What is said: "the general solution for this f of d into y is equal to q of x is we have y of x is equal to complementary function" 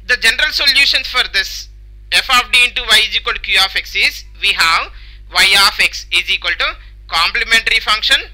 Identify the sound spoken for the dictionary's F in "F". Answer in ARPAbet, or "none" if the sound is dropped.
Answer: F